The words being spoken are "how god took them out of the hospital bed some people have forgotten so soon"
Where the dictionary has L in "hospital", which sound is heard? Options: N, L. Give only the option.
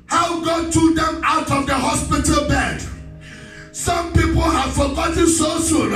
L